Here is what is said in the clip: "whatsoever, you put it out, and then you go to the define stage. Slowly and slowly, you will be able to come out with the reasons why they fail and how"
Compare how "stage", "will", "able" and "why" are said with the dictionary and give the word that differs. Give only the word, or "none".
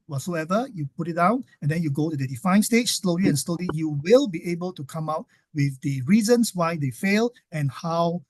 stage